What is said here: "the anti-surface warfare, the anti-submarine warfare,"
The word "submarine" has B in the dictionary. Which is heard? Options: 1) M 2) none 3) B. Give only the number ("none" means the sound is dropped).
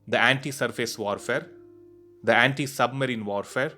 3